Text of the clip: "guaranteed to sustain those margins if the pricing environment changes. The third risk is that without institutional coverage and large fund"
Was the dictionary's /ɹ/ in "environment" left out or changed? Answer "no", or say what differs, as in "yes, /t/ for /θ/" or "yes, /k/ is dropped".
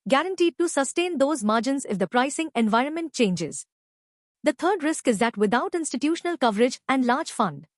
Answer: no